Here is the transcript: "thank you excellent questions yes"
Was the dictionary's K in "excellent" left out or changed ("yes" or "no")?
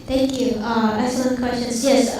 yes